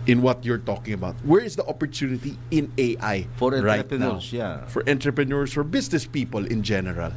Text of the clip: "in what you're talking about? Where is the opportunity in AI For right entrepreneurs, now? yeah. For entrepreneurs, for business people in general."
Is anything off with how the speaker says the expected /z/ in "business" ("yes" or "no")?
yes